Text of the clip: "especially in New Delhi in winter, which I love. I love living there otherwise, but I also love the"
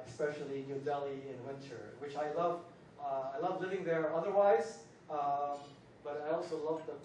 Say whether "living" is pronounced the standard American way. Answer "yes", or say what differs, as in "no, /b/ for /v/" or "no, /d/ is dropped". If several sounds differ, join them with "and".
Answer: yes